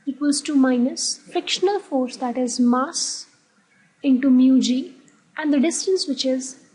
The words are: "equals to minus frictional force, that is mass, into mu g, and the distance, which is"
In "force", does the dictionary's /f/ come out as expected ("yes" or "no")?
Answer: yes